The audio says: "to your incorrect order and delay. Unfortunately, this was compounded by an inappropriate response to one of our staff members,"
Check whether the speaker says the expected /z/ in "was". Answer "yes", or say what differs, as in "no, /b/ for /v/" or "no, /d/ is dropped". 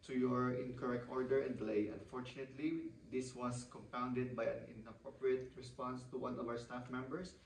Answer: no, /s/ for /z/